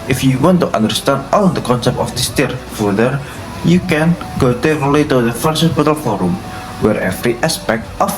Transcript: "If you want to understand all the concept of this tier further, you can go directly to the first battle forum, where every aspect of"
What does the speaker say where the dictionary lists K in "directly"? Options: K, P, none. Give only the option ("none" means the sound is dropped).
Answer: none